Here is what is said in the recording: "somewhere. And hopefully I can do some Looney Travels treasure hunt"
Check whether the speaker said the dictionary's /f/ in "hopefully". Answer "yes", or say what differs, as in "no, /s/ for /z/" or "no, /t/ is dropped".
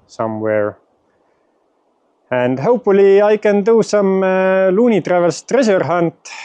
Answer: no, /f/ is dropped